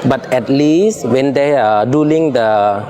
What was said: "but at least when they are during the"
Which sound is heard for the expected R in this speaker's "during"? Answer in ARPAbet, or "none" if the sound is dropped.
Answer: L